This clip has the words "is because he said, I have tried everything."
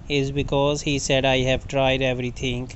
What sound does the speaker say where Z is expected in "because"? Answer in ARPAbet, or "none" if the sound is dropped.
Z